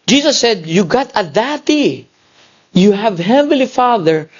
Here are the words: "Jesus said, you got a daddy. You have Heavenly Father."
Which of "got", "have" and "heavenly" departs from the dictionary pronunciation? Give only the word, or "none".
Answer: heavenly